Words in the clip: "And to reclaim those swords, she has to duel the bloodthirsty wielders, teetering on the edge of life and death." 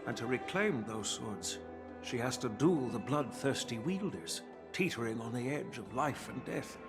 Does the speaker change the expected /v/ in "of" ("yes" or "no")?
no